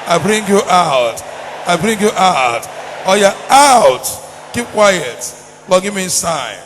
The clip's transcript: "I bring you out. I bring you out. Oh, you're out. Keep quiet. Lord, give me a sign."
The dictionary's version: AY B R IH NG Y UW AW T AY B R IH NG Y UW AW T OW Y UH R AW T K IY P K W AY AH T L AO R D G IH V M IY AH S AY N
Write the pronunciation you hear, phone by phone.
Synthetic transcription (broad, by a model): AY B R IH NG Y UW AW T AY B R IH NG Y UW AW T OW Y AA AW T K IY P K W AY AH T W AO G IH V M IY S AY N